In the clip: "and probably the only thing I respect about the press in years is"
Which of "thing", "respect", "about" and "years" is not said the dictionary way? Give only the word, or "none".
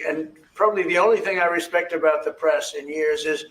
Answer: none